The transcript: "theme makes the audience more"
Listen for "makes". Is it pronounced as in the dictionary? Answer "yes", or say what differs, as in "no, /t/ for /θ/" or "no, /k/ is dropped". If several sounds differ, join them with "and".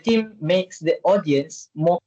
yes